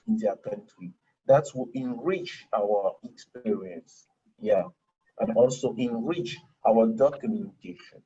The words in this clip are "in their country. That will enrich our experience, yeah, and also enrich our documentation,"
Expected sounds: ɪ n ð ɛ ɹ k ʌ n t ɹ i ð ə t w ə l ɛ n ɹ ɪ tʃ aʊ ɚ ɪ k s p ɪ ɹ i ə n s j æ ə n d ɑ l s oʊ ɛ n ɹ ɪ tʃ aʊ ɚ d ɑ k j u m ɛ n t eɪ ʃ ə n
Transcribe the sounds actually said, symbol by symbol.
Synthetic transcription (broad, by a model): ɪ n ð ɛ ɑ k ʌ n t ɹ i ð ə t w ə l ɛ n ɹ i tʃ aʊ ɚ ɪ k s p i ɹ i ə n s j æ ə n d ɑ l s oʊ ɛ n ɹ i tʃ aʊ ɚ d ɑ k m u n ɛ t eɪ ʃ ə n